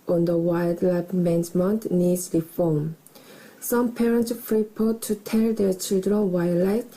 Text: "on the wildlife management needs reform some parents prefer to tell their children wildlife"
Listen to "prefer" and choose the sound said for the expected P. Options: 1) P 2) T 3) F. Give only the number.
3